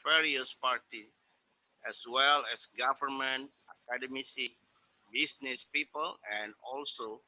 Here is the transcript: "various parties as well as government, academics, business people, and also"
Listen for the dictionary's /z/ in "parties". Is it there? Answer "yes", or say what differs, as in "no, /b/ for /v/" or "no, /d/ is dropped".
no, /z/ is dropped